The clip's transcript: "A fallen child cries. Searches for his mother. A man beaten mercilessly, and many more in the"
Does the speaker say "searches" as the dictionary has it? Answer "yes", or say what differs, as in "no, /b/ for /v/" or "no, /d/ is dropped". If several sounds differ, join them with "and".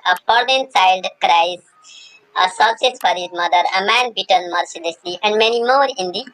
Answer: no, /s/ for /tʃ/